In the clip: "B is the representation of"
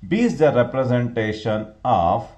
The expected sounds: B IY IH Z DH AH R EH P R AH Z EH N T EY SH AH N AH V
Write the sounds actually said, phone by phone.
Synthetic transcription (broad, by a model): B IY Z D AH R EH P R AH Z EH N T EY SH AH N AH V